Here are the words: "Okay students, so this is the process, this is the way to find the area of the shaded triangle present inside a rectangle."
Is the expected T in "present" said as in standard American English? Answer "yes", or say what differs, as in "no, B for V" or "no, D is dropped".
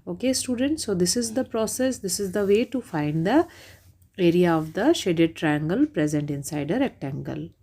yes